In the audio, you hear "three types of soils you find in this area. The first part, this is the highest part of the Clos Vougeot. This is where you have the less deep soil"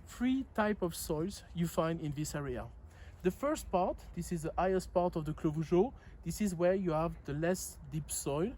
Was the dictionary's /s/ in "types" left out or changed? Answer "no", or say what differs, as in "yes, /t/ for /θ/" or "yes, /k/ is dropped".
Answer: yes, /s/ is dropped